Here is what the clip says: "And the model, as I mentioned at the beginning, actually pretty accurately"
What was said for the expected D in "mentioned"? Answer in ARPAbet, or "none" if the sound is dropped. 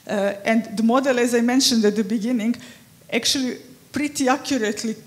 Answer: D